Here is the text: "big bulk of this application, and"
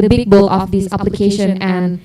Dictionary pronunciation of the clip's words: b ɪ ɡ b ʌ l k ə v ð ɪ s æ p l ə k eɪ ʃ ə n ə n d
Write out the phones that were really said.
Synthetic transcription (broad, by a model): b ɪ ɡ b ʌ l ə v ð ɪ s æ p l ə k eɪ ʃ ə n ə n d